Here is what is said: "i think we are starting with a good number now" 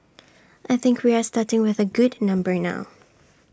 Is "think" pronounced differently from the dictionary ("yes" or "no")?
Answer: no